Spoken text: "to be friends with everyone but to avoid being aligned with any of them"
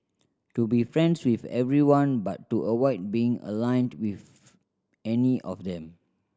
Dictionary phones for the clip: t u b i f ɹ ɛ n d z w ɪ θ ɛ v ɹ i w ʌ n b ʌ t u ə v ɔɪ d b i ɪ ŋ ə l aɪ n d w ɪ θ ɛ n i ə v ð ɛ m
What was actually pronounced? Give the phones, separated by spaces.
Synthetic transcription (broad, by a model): t u b i f ɹ ɛ n d s w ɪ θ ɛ v ɹ i w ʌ n b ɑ t u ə w ɔɪ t b i ɪ ŋ ə l aɪ n d w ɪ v ɛ n i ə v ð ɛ m